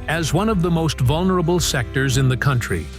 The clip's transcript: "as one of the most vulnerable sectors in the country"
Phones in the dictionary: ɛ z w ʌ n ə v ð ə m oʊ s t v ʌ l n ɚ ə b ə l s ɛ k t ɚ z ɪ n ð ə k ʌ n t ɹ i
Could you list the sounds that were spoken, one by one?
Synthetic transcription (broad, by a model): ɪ z w ʌ n ə v ð ə m oʊ s t v ʌ l n ɚ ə b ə l s ɛ k t ɚ z ɪ n ð ə k ʌ n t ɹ i